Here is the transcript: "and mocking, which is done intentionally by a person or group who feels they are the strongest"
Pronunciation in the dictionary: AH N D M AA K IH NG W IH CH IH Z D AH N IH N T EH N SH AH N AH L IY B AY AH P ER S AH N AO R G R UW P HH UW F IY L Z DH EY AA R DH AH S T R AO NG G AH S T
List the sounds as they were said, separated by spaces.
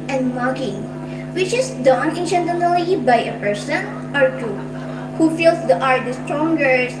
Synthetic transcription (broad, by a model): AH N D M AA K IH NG W IH CH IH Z D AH N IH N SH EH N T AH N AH L IY B AY AH P ER S AH N AO R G UW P HH UW F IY L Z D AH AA R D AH S T R AO NG G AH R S